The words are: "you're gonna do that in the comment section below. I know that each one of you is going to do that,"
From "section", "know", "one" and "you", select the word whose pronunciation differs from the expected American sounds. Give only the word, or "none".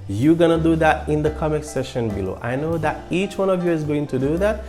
section